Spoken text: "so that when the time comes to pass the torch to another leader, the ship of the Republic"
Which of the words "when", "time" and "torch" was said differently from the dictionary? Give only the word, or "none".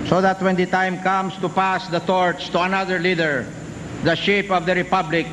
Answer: torch